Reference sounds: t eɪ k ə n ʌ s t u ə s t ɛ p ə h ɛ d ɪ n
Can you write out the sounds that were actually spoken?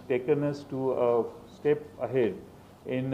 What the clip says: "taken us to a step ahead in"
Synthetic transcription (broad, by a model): t eɪ k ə n ʌ s t u ə s t ɛ p ə h ɛ d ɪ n